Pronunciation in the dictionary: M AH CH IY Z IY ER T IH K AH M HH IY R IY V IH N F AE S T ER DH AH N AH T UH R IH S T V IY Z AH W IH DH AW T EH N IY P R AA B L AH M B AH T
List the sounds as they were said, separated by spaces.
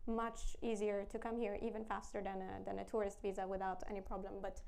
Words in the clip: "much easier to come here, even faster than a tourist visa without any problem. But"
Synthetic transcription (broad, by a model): M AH CH IY Z IY ER T IH K AH M HH IY R IY V IH N F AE S T ER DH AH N AH T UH R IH S T V IY Z AH W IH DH AW T EH N IY P R AA B L AH M B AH T